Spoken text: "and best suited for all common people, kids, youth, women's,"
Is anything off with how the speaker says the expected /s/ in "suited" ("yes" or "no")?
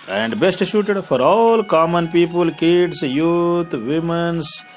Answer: yes